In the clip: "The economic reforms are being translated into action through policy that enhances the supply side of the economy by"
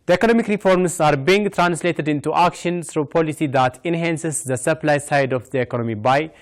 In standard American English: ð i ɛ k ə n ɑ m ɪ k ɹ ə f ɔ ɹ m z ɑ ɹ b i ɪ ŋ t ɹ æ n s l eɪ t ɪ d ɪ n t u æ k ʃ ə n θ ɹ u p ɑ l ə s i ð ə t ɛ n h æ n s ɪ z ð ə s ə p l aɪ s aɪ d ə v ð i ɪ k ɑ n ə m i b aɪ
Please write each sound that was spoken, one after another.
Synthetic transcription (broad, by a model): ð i ɛ k ə n ɑ m ɪ k ɹ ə f ɔ ɹ m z ɑ ɹ b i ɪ ŋ t ɹ æ n s l eɪ t ɪ d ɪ n t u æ k ʃ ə n s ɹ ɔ p ɑ l ə s i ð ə t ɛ n h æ n s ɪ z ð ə s ə p l aɪ s aɪ d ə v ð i ɪ k ɑ n ə m i b aɪ